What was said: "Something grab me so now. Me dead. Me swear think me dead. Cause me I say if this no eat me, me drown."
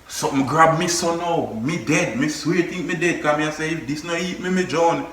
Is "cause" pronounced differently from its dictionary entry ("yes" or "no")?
yes